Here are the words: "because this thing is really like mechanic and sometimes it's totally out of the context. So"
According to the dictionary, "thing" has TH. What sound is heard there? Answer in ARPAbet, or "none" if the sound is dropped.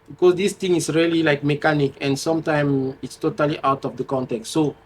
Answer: T